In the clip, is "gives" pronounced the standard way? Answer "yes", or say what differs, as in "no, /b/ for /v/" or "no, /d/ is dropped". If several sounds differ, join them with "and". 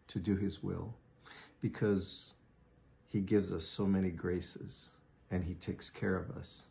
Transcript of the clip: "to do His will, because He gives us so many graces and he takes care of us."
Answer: yes